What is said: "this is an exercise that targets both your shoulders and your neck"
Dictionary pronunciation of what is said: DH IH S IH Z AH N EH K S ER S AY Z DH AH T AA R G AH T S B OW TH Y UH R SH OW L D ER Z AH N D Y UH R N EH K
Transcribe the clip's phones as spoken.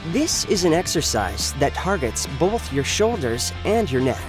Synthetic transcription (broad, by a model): DH IH S IH Z AH N EH K S ER S AY Z DH AH T AA R G AH T S B OW TH Y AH R SH OW L D ER Z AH N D Y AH R N EH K